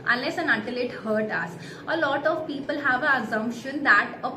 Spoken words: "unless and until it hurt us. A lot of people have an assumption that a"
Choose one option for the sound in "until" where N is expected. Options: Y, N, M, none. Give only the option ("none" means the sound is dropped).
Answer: none